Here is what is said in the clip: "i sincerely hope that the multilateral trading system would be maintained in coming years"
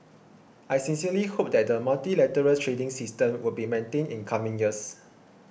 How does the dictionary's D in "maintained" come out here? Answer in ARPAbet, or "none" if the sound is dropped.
none